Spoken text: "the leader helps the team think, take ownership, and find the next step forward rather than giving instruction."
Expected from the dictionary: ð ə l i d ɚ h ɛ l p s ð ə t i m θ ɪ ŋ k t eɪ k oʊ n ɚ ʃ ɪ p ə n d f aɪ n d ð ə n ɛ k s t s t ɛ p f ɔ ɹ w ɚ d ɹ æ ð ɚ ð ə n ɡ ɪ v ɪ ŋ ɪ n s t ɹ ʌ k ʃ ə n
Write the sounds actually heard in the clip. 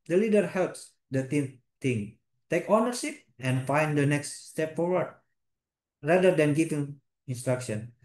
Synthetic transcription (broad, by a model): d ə l i d ɚ h ɛ l p s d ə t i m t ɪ ŋ t eɪ k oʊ n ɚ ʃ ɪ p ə n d f aɪ n d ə n ɛ k s t s t ɛ p f ɔ ɹ w ɚ d ɹ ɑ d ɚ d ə n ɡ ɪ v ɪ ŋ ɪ n s t ɹ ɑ k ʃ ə n